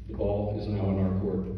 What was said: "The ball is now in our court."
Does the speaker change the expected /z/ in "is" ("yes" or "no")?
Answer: no